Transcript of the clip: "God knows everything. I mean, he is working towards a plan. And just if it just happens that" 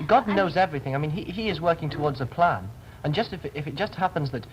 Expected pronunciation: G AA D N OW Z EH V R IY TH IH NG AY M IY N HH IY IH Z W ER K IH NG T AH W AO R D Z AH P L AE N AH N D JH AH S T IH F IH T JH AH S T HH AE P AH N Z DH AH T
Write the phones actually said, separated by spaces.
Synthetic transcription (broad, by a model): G AA D N OW Z EH V R IY TH IH NG AY M IY N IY IY IH Z W ER K IH NG T AH W AO R D Z AH P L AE N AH N JH AH S T IH F IH T JH AH S T HH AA P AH N Z DH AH T